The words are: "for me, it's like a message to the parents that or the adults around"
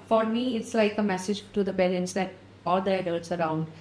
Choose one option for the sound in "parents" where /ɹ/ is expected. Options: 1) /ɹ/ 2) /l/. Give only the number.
2